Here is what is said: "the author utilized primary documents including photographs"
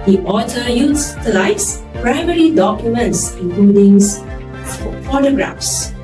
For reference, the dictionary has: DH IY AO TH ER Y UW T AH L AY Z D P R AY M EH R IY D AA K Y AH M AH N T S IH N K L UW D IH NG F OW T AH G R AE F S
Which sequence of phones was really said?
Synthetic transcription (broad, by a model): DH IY AO T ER Y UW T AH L AY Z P R AY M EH R IY D AA K Y AH M AH N T S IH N K L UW D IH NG F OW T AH G R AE F S